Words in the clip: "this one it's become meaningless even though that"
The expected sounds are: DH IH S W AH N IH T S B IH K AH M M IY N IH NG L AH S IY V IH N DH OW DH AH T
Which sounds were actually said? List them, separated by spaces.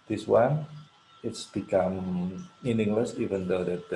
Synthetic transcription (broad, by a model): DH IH S W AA N IH T S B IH K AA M M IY N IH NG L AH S IY V IH N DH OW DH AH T